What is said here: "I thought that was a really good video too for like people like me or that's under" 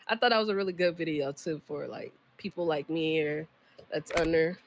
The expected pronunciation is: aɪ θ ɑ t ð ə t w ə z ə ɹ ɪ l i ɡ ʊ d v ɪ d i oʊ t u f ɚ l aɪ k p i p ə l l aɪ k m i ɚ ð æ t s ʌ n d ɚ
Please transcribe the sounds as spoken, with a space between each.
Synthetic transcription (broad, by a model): aɪ θ ɑ t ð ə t w ə z ə ɹ ɪ l i ɡ ʊ d v ɪ d i oʊ t u f ɚ l aɪ k p i p l l aɪ k m i ɚ ð æ t s ʌ n d ɚ